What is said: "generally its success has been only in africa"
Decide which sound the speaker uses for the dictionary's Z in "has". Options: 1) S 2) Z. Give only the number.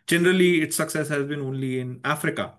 2